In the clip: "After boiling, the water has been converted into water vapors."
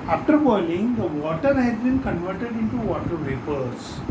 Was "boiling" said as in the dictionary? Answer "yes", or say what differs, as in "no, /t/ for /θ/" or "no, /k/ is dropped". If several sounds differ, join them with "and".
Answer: no, /n/ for /l/